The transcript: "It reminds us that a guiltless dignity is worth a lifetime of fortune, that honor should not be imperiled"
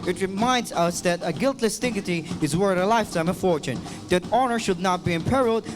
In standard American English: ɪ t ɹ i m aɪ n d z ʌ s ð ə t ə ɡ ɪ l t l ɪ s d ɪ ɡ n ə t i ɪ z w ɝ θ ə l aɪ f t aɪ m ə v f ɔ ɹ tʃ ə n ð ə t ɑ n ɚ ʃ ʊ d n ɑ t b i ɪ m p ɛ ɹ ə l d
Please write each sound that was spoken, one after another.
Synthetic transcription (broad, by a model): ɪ t ɹ i m aɪ n d z ʌ s ð ə t ə ɡ ɪ l t l ɪ s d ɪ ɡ ə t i ɪ z w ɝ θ ə l aɪ f t aɪ m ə f ɔ ɹ tʃ ə n ð ə t ɑ n ɚ ʃ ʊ d n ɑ t b i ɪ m p ɛ ɹ l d